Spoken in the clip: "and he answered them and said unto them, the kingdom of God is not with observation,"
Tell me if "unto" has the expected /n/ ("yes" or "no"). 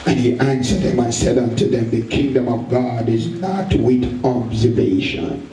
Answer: yes